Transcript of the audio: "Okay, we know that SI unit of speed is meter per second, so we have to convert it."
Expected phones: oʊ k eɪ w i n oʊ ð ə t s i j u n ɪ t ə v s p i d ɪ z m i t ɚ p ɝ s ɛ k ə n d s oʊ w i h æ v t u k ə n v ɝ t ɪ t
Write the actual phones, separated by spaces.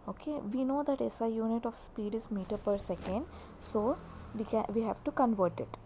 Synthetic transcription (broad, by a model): oʊ k eɪ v i n oʊ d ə t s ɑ j u n ɪ t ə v s p i d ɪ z m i t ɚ p ɝ s ɛ k ə n d s oʊ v i h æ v t u k ə n v ɝ t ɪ t